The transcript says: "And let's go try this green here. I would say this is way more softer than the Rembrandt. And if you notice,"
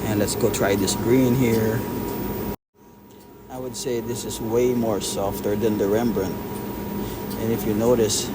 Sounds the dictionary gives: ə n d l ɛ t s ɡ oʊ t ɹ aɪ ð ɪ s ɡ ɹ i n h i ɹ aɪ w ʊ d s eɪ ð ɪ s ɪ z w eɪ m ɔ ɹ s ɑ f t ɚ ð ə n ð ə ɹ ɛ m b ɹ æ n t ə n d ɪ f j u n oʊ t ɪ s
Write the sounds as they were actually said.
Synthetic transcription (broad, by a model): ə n l ɛ t s ɡ oʊ t ɹ aɪ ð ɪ s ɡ ɹ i n h i ɹ aɪ w ʊ d s eɪ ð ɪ s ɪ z w eɪ m ɔ ɹ s ɑ f t ɚ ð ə n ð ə ɹ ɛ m b ɹ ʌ n t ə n ɪ f j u n oʊ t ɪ s